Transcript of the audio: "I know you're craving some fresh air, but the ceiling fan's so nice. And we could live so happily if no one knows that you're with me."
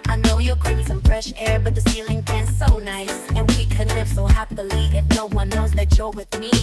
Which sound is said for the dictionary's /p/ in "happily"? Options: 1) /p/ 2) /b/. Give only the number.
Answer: 2